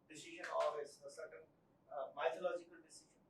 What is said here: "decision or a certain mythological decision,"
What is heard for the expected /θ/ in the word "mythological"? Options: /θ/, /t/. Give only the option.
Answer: /t/